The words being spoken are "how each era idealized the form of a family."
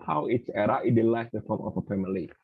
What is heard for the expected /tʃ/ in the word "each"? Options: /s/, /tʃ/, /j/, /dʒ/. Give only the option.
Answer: /s/